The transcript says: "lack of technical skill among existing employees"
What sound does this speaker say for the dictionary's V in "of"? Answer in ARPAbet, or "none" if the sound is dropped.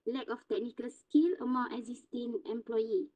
F